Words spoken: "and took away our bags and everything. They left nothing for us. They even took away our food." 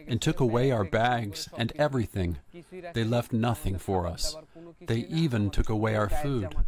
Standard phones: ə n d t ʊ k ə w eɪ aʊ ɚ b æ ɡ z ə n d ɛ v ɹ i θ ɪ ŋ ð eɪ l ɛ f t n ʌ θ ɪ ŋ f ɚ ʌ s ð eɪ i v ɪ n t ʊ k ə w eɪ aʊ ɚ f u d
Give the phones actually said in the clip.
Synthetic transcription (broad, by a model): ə n t ʊ k ə w eɪ aʊ ɚ b æ ɡ z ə n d ɛ v ɹ i θ ɪ ŋ ð eɪ l ɛ f t n ʌ θ ɪ ŋ f ɚ ʌ s ð eɪ i v ɪ n t ʊ k ə w eɪ aʊ ɚ f u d